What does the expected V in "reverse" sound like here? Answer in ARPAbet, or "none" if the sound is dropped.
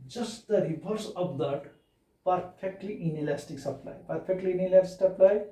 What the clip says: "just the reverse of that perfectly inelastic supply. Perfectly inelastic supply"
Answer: B